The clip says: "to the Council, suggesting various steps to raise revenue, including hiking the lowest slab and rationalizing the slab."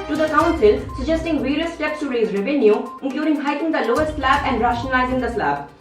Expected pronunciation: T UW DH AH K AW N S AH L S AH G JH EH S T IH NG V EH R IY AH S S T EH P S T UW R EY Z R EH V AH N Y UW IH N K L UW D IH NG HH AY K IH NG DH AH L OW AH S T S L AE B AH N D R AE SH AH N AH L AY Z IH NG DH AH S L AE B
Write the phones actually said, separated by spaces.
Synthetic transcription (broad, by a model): T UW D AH K AW N S AH L S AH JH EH S T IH NG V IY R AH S S T EH P S T UW R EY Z R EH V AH N Y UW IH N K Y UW D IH NG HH AY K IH NG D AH L OW AH S T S L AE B AH N D R AE SH AH N AH L AY Z IH NG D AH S L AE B